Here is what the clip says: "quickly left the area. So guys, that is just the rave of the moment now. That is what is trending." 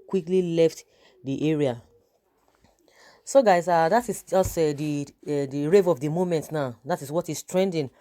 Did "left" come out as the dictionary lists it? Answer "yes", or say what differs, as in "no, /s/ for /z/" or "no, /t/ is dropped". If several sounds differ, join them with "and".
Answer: yes